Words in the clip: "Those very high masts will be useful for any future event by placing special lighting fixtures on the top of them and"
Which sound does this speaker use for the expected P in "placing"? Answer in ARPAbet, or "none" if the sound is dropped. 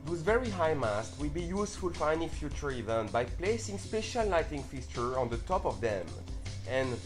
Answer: P